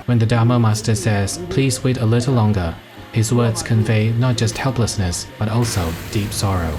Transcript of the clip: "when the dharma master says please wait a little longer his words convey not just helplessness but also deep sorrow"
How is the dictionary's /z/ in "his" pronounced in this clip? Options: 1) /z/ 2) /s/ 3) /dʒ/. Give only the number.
1